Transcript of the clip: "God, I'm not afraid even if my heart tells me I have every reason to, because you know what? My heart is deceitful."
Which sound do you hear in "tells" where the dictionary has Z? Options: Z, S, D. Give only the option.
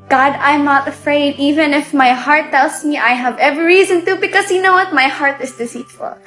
S